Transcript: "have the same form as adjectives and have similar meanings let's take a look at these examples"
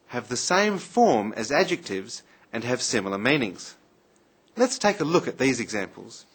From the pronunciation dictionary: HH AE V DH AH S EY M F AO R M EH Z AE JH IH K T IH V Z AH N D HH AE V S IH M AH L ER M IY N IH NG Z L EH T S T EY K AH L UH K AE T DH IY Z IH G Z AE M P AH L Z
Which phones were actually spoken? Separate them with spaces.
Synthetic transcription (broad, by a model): HH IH V DH AH S EY M F AO R M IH Z AE JH IH K T IH V Z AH N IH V S IH M L ER M IY N IH NG Z L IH T S T EY K AH L UH K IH T DH IY Z IH G Z AE M P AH L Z